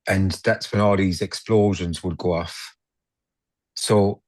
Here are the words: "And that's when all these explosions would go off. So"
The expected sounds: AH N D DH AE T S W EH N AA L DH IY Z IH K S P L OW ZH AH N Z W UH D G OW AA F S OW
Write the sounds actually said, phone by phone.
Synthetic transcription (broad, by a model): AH N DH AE T S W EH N AA L DH IY Z IH K S P L OW ZH AH N Z W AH D G OW AA F S OW